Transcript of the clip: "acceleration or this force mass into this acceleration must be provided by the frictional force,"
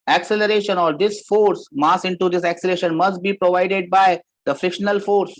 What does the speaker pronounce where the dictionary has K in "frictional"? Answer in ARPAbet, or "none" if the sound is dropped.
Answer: K